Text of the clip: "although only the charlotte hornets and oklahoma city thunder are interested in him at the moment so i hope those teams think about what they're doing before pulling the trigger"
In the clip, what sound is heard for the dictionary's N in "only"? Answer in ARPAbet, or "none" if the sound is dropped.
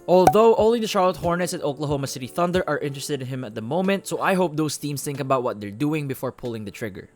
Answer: none